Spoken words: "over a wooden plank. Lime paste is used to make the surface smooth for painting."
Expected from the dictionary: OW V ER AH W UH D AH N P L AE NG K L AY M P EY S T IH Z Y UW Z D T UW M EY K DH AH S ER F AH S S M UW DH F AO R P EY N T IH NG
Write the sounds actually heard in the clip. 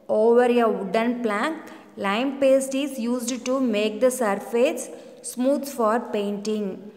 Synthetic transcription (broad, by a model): OW V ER AH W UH D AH N P L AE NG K L AY M P EY S T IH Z Y UW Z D T UW M EY K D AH S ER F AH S S M UW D F AO R P EY N T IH NG